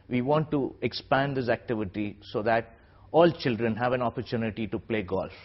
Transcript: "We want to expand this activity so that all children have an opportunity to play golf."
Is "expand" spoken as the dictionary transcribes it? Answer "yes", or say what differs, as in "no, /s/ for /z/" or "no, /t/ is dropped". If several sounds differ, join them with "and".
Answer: yes